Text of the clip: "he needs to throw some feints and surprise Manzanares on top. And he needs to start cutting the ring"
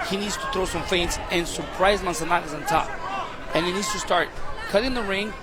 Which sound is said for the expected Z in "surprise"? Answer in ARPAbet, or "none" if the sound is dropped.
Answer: Z